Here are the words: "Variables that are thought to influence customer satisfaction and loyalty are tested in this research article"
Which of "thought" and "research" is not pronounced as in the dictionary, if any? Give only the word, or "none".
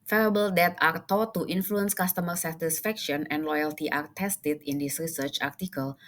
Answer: thought